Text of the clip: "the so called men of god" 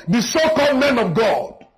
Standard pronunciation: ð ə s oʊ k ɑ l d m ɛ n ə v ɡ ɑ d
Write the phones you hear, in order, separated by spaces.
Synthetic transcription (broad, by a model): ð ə s oʊ k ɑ d m ɛ n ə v ɡ ɑ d